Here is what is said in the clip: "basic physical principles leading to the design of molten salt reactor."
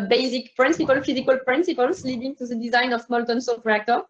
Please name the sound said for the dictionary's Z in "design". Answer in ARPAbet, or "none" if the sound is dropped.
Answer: Z